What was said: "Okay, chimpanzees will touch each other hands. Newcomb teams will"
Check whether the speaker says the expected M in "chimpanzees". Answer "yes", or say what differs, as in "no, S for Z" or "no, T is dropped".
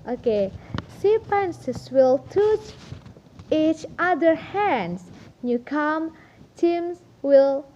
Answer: no, M is dropped